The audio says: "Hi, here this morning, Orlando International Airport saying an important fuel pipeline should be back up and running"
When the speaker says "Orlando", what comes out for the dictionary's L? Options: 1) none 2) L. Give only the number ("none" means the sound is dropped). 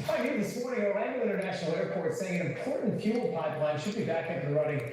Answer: 1